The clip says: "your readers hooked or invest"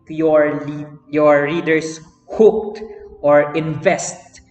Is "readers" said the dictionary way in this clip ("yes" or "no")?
no